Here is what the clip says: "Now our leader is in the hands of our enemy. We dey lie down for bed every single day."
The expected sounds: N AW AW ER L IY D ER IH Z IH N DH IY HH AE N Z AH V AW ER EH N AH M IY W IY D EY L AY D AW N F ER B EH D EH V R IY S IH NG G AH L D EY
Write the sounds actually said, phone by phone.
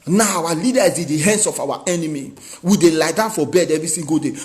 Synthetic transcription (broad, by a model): N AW AW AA L IY D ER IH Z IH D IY HH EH N S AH F AW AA EH N AH M IY W IY D EY L AY D AW N F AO B EH D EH V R IY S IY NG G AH D EY